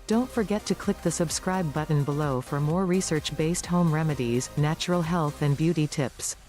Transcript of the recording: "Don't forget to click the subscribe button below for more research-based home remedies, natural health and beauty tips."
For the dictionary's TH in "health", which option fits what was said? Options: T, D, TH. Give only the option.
TH